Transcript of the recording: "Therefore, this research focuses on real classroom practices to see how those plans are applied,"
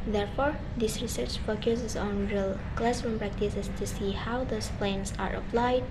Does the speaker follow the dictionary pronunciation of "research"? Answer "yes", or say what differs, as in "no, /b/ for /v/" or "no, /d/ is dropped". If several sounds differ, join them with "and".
yes